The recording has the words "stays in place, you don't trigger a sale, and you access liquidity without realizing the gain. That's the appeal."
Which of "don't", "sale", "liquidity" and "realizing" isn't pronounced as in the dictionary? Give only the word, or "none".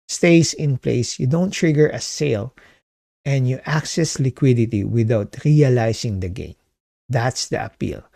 realizing